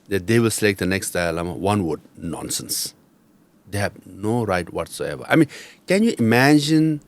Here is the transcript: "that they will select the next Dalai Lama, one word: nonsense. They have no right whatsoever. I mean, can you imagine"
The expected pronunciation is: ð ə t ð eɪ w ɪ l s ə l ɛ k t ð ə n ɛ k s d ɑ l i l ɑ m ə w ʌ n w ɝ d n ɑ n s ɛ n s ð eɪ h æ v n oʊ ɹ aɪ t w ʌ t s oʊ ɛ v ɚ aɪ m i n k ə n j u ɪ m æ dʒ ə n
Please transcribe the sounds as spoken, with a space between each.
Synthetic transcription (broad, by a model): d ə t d eɪ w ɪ l s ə l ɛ k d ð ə n ɛ k s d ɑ ɪ l ɑ m ə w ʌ n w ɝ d n ɑ n s ɛ n s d eɪ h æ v n oʊ ɹ aɪ t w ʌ t s oʊ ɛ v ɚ aɪ m i n k ə n j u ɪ m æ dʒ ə n